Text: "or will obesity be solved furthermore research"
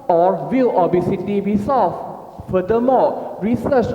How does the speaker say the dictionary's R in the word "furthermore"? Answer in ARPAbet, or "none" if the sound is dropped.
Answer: L